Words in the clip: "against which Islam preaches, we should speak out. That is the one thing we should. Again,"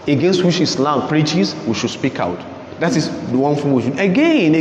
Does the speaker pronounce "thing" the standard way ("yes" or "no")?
no